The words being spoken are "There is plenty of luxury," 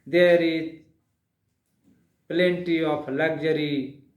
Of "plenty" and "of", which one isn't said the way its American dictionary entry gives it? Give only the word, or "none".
of